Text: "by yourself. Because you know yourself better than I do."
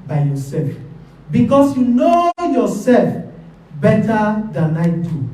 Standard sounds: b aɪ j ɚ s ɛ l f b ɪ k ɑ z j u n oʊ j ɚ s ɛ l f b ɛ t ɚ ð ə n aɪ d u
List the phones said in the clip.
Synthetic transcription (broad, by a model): b aɪ j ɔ s ɛ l f b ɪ k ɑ s j u n oʊ j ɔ s ɛ l f b ɛ t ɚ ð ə n aɪ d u